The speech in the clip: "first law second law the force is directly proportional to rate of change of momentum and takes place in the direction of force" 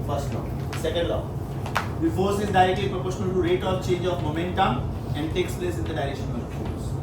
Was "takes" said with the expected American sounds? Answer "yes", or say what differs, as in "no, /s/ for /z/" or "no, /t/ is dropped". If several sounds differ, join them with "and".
yes